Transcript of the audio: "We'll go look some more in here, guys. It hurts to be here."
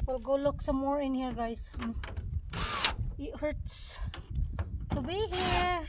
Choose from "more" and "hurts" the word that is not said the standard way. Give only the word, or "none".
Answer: none